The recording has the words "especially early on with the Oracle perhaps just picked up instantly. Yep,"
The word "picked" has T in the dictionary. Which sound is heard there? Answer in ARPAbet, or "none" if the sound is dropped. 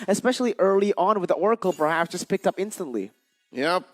T